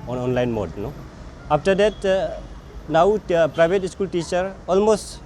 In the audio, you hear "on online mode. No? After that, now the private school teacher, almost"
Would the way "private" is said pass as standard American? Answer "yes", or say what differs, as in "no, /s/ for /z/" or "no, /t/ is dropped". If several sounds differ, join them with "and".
no, /b/ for /v/